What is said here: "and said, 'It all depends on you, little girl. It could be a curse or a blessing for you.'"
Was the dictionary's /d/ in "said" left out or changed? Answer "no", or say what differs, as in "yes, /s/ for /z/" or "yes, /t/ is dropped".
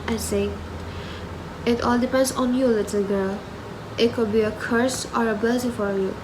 yes, /d/ is dropped